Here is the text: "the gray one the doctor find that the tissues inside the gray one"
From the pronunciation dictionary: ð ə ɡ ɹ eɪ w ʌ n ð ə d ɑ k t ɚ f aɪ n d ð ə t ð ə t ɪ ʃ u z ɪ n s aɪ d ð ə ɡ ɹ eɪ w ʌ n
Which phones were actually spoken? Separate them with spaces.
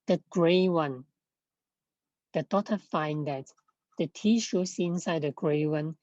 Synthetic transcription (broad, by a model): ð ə ɡ ɹ eɪ w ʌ n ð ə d ɑ t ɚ f aɪ n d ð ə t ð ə t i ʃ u s ɪ n s aɪ d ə ɡ ɹ eɪ w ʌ n